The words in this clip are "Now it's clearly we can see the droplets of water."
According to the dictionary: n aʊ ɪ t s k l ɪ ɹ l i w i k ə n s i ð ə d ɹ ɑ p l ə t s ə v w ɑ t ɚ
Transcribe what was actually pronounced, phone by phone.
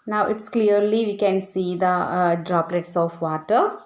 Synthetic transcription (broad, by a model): n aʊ ɪ t s k l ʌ ɹ l i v i k ə n s i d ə d ɹ ɑ p l ə t s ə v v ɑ t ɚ